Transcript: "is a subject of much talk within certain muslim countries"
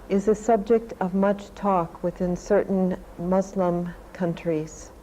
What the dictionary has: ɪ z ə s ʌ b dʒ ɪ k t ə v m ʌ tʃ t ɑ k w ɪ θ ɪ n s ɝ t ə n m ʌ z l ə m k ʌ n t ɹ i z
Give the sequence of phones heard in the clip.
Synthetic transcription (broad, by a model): ɪ z ə s ʌ b dʒ ɪ k t ə v m ʌ tʃ t ɑ k w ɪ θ ɪ n s ɝ t n m ʌ z l ə m k ʌ n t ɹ i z